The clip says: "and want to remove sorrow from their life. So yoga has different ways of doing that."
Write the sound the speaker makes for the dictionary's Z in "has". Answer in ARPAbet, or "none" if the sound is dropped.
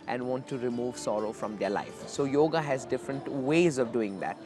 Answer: Z